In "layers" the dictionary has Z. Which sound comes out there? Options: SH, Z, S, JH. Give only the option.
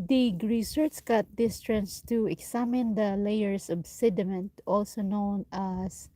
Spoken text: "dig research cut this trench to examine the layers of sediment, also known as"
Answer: S